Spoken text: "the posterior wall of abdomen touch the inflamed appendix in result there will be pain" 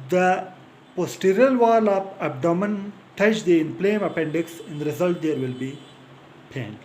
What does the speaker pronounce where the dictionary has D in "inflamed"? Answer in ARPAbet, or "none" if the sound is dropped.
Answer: none